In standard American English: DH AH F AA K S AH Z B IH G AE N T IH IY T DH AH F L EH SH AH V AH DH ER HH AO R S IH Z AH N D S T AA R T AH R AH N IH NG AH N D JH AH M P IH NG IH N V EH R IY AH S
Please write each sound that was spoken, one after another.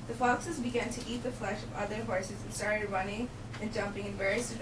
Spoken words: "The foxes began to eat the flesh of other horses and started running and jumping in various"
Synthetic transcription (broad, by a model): DH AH F AA K S AH Z B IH G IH N T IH IY T DH AH F L EH SH AH V AH DH ER HH AO R S IH Z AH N S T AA R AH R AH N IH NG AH N JH AH M P IH NG IH N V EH R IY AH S